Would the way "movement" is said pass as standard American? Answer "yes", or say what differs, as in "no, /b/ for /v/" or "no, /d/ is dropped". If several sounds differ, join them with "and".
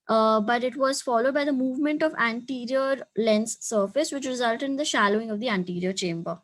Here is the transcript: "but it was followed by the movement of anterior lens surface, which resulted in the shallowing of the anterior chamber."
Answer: yes